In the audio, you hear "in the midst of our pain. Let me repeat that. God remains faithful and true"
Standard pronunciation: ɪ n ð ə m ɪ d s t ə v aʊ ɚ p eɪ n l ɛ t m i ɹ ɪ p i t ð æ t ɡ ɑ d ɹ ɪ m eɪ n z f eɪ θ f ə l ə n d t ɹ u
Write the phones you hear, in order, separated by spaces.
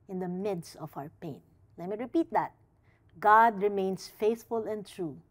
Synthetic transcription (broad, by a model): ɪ n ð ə m ɪ d s t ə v aʊ ɚ p eɪ n l ɛ t m i ɹ ɪ p i t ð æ t ɡ ɑ d ɹ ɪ m eɪ n s f eɪ θ f ə l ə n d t ɹ u